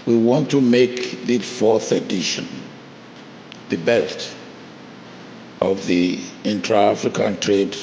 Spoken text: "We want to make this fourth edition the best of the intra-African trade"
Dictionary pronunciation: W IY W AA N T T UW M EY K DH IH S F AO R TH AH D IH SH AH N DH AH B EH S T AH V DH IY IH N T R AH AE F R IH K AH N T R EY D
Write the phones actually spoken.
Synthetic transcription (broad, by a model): W IY W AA N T T UW M EY K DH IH F AO R TH AH D IH SH AH N DH AH B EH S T AH V DH IY IH N T R AH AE F R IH K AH N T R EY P